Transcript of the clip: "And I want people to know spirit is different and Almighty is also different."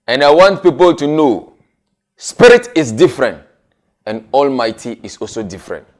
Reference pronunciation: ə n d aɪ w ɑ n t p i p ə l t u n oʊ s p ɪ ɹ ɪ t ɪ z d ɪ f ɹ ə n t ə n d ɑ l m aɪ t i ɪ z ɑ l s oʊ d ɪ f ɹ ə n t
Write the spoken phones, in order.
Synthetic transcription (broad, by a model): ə n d aɪ w ɑ n t p i p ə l t u n oʊ s p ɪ ɹ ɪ t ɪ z d ɪ f ɹ ə n t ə n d ɑ l m aɪ t i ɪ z ɑ l s oʊ d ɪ f ɹ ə n t